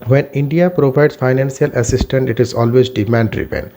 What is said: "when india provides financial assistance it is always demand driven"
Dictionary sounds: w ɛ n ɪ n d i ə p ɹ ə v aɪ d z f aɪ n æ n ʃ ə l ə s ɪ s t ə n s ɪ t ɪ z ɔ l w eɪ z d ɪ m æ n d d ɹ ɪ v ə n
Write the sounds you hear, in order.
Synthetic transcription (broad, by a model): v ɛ n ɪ n d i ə p ɹ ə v aɪ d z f aɪ n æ n s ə l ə s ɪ s t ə n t ɪ t ɪ z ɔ l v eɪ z d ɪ m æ n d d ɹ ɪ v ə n